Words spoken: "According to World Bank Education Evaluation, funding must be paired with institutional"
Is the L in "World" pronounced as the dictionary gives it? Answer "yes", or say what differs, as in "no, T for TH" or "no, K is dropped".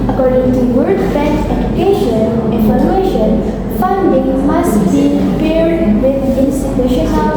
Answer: no, L is dropped